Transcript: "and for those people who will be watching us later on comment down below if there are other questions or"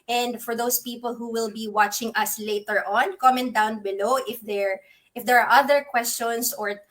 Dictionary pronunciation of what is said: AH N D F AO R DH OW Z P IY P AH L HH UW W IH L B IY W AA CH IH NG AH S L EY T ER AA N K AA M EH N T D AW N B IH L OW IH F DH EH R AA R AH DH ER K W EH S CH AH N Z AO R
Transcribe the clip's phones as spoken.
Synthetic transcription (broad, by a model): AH N D F AO R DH OW S P IY P AH L HH UW W IH L B IY W AA CH IH NG AH S L EY T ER AA N K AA M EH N D AW N B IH L OW IH F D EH R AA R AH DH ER K W EH S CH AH N S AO R